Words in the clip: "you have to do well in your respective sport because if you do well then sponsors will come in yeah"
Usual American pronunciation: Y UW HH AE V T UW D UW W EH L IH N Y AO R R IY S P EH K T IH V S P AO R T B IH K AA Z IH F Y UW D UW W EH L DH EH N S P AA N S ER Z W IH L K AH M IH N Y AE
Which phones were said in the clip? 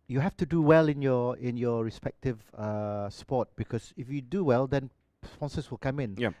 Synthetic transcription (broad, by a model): Y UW HH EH F T UW D UW W EH L IH N Y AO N R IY S P EH K T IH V S P AO T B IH K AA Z IH F Y UW D UW W EH L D EH N S P AA N S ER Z W IH L K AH M IH N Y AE